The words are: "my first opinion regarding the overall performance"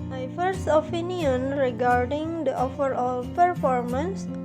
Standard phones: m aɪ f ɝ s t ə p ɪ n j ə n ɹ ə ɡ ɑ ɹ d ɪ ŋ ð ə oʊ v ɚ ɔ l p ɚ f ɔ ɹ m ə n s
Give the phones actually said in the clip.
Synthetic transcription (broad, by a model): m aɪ f ɝ s t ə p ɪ n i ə n ɹ ə ɡ ɑ ɹ d ɪ ŋ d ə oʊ f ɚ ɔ l p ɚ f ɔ ɹ m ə n s